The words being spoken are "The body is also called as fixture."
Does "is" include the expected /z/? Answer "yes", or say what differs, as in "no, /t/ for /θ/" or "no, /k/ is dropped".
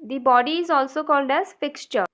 yes